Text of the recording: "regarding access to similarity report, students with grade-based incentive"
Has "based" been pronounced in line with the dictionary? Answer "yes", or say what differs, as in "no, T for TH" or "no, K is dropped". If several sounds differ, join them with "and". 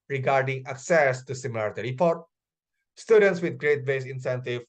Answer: no, T is dropped